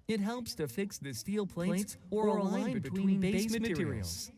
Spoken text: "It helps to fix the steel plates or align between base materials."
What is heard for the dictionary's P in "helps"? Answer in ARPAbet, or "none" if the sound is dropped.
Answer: P